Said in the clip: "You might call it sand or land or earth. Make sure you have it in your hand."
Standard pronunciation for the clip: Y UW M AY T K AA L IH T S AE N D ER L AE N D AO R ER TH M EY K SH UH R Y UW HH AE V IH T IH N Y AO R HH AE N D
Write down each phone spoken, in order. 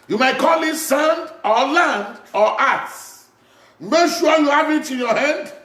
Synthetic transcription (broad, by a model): Y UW M AY T K AA L IH T S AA N D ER L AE N D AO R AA S M EY K SH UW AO Y UW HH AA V IH T IH N Y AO HH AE N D